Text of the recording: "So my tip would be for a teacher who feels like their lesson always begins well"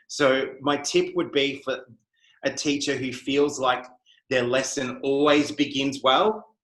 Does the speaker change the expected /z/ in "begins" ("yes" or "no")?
no